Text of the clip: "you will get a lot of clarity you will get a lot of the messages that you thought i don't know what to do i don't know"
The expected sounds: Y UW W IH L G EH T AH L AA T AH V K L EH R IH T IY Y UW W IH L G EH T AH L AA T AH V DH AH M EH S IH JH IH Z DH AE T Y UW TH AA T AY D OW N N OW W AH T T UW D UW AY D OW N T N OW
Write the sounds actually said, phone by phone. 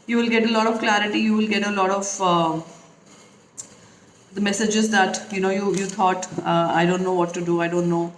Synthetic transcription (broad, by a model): Y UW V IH L G EH T AH L AA T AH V K L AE R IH T IY Y UW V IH L G EH T AH L AA T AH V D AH M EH S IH JH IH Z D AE T Y UW T AA T AY D OW N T OW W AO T T UW D UW AY D OW N T N OW